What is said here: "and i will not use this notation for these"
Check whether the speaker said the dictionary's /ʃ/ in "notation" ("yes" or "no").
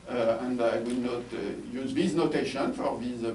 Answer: yes